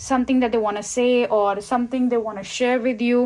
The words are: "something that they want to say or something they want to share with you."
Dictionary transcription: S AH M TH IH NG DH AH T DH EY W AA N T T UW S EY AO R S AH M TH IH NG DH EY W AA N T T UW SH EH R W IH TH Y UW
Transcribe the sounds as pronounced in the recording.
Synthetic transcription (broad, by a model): S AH M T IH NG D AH T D EY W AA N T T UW S EY AO R S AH M T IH NG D EY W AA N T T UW SH EH R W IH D Y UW